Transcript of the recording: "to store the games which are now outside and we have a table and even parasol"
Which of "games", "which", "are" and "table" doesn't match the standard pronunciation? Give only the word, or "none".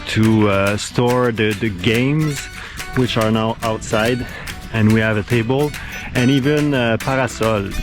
none